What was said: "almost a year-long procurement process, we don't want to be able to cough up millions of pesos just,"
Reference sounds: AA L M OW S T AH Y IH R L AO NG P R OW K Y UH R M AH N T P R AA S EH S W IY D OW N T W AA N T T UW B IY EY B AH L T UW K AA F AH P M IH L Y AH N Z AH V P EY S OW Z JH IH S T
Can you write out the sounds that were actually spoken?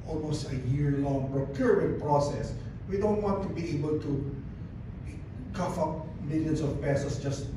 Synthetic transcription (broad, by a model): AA L M OW S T AH Y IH R L AO NG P R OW K Y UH R AH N P R AA S EH S W IY D OW N T W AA N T T UW B IY EY B AH L T UW K AA F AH P M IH L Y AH N S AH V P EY S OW S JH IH S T